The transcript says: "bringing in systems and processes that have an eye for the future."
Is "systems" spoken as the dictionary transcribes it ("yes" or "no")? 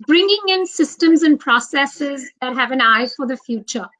yes